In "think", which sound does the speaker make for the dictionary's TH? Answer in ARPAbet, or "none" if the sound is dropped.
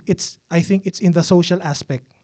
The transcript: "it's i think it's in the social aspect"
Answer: TH